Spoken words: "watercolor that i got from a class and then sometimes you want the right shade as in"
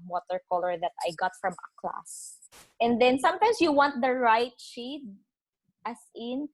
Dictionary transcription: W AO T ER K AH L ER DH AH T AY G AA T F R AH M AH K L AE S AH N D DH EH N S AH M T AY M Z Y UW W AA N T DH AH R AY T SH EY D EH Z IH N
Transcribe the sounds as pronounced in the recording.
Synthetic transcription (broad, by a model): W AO T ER K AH L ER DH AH T AY G AA T F R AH M AH K L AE S AH N D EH N S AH M T AY M S Y UW W AA N T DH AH R AY T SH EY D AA S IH N